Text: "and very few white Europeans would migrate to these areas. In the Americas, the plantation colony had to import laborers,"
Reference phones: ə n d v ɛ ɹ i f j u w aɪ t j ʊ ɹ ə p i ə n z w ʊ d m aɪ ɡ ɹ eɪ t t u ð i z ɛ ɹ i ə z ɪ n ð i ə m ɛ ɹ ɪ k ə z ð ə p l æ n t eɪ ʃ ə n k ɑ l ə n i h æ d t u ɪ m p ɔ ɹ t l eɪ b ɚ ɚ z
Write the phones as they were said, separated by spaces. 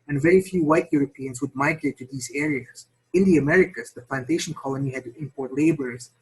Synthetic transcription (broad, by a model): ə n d v ɛ ɹ i f j u w aɪ t j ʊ ɹ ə p i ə n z w ʊ d m aɪ ɡ ɹ eɪ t t u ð i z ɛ ɹ i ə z ɪ n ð i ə m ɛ ɹ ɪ k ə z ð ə p l æ n t eɪ ʃ ə n k ɑ l ə n i h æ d t u ɪ m p ɔ ɹ t l eɪ b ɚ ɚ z